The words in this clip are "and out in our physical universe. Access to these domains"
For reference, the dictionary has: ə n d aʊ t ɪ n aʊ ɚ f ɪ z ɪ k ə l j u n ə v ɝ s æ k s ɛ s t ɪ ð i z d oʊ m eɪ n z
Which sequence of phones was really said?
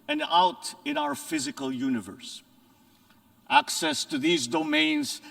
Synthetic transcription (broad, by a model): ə n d aʊ t ɪ n aʊ ɚ f ɪ z ɪ k ə l j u n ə v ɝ s æ k s ɛ s t ɪ ð i z d oʊ m eɪ n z